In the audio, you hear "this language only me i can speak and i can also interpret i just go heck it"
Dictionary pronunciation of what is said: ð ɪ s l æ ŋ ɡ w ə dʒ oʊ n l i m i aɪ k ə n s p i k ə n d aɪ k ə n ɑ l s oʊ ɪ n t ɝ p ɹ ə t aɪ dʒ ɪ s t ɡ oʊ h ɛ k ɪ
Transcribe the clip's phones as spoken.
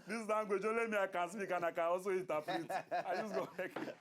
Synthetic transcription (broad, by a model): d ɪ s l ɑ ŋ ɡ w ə dʒ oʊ l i m i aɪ k ə n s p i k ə n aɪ k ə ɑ s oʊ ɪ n t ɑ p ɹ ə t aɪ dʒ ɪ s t ɡ oʊ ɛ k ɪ